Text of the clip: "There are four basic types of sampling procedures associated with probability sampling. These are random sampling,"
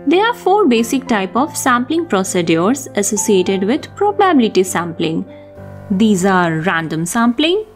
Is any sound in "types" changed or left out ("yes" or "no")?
yes